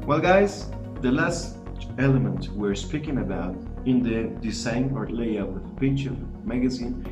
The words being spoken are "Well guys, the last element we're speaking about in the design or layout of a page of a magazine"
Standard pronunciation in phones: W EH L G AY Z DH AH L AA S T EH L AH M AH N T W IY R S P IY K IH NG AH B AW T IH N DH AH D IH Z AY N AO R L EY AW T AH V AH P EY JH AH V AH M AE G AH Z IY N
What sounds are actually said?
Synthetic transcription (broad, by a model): W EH L G AY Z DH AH L AA S T EH L AH M AH N T W IY R S P IY K IH NG AH B AW T IH N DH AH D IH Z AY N AO R L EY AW AH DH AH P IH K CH AH M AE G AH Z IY N